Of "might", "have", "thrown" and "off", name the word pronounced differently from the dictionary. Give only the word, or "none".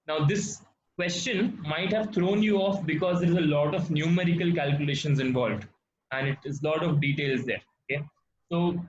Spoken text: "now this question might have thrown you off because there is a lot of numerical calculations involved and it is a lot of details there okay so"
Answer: thrown